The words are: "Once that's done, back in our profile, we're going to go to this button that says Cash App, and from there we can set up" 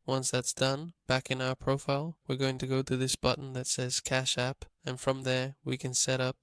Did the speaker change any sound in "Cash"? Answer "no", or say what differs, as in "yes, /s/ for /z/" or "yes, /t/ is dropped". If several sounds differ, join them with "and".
no